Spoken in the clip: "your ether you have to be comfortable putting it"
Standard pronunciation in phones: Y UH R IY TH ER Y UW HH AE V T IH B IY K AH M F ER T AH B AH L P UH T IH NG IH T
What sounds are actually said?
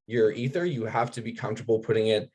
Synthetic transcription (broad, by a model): Y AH R IY TH ER Y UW HH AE F T IH B IY K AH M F T AH B L P UH T IH NG IH T